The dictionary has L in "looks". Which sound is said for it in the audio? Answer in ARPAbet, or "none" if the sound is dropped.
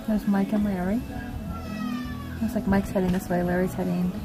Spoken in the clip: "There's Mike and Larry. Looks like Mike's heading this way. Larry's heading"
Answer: W